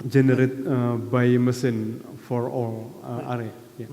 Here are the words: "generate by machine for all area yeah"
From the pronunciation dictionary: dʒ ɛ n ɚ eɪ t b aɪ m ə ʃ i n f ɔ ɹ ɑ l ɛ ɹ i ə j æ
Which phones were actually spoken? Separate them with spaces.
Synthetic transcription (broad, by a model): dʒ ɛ n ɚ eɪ t b aɪ m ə s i n f ɔ ɹ ɑ l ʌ ɹ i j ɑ